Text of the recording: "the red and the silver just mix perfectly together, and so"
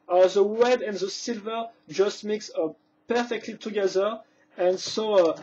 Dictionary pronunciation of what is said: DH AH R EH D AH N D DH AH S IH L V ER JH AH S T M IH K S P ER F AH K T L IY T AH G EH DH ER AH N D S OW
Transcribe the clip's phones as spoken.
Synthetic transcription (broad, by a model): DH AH W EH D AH N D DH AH S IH L V ER JH AH S T M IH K S P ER F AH K T L IY T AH G EH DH ER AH N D S OW